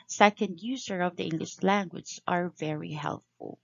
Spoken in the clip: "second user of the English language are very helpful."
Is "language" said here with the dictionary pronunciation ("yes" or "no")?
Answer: no